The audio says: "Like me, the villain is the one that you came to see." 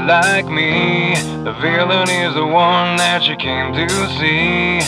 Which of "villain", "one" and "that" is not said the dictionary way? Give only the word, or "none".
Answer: none